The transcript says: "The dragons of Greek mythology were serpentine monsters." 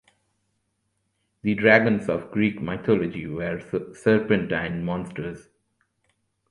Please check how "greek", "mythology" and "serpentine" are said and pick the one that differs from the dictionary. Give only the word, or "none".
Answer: mythology